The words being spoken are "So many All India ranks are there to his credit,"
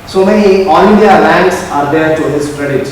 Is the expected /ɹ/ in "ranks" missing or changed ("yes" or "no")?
yes